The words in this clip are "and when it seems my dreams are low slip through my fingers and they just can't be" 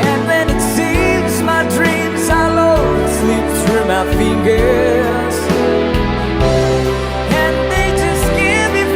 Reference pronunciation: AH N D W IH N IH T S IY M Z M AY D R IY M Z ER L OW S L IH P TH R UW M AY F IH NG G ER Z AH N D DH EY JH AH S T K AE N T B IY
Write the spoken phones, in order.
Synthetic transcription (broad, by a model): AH N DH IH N IH T S IY M Z M AY D R IY M Z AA L OW S L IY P S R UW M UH F IH NG G ER Z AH N DH EY JH AH S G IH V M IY